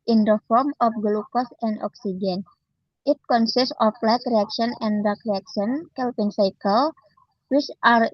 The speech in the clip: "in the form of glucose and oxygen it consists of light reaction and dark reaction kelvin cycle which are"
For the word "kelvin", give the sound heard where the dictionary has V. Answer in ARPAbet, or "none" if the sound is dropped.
P